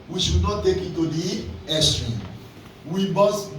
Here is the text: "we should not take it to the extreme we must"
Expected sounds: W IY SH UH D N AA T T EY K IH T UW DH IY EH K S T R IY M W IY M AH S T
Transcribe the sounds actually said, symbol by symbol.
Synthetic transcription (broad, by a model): W IY SH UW D N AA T T EY K IH T UW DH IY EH S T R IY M W IY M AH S